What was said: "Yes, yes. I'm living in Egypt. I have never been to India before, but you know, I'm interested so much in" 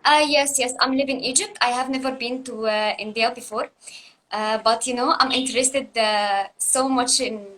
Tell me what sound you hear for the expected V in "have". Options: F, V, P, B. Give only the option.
V